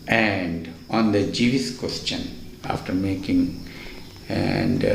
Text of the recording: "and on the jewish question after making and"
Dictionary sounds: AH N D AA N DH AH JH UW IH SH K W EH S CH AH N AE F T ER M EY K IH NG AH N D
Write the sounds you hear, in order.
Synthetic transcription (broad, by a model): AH N D AA N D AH JH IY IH S K W EH S CH AH N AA F T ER M EY K IH NG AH N D